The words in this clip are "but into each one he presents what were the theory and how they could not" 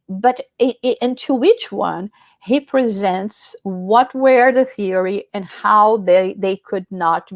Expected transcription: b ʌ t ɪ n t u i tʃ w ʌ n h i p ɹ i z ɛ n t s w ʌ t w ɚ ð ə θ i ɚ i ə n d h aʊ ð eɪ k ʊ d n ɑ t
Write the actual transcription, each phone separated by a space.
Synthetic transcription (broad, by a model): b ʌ t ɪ n t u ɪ tʃ w ʌ n h i p ɹ i z ɛ n t s w ʌ t w ɚ ð ə θ i ɚ i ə n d h aʊ ð eɪ k ʊ d n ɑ t